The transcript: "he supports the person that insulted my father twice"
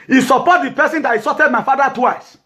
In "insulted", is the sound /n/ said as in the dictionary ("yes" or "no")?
no